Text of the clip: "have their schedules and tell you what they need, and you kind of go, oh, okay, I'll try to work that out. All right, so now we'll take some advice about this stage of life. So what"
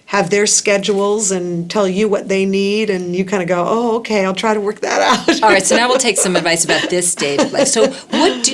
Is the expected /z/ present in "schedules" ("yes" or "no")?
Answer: yes